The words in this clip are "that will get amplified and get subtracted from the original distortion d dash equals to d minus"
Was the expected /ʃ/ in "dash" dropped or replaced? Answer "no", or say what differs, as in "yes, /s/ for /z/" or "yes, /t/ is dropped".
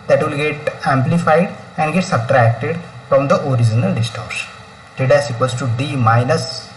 yes, /s/ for /ʃ/